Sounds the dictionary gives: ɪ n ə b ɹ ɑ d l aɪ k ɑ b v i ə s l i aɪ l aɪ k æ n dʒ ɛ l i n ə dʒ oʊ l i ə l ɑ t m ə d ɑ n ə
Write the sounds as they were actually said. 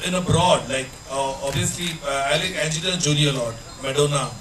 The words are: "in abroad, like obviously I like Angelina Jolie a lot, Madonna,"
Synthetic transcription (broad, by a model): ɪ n ə b ɹ ɑ d l aɪ k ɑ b i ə s l i aɪ l aɪ k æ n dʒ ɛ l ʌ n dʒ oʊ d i ə l ɑ t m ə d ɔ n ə